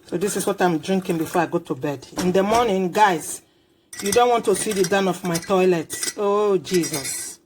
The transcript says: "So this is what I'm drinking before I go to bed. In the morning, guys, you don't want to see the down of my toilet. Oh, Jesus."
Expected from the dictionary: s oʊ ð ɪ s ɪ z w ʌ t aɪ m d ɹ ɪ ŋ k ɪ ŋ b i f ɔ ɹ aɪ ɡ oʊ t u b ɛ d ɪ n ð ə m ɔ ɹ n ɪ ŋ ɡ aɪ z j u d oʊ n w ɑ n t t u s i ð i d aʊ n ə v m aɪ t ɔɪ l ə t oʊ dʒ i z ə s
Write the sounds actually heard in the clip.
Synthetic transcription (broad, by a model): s oʊ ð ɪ s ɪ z w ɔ t aɪ m d ɹ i ŋ k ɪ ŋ b i f ɔ ɹ aɪ ɡ oʊ t u b ɛ d ɪ n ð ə m ɔ n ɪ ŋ ɡ aɪ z j u d oʊ n w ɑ n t t u s i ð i d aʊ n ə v m aɪ t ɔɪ l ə t oʊ dʒ i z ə s